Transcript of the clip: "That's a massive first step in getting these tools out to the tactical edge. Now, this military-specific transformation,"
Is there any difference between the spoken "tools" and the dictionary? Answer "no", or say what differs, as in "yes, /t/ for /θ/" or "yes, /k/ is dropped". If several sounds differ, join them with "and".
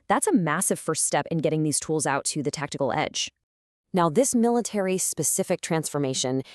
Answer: no